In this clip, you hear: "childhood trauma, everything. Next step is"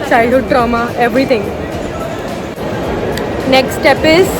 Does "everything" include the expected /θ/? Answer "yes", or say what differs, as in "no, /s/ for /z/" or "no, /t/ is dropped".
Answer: no, /t/ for /θ/